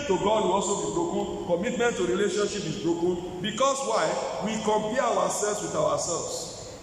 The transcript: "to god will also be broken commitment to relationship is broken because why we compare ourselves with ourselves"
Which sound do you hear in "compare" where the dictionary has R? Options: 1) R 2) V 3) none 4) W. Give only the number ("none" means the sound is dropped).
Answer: 4